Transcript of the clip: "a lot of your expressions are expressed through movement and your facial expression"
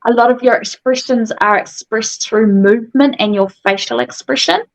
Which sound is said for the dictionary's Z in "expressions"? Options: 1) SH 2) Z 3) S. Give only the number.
2